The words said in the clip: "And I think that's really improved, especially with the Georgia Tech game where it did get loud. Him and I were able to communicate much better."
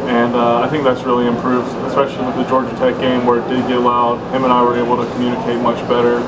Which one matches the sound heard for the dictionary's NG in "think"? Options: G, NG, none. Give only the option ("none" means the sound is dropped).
NG